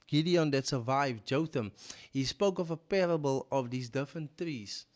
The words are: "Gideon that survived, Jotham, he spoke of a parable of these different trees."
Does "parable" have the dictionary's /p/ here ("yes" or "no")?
yes